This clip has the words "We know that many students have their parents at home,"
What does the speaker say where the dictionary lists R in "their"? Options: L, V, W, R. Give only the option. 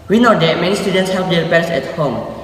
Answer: L